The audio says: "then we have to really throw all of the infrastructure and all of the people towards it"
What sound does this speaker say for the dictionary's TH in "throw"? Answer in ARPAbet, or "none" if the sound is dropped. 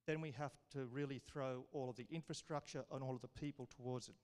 TH